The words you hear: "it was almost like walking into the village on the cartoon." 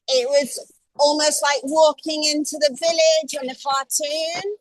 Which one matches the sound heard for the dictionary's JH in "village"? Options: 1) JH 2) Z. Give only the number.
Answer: 1